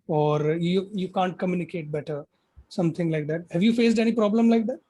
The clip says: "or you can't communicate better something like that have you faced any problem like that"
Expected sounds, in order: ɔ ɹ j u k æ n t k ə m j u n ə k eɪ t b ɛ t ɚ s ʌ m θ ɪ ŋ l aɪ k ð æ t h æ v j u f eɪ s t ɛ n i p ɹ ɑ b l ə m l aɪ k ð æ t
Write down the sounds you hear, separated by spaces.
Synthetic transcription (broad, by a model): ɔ ɹ j u k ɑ n t k ə m j u n ə k eɪ t b ɛ t ɚ s ʌ m t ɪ ŋ l aɪ k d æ t h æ v j u f eɪ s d ɛ n i p ɹ ɑ b l ə m l aɪ k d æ t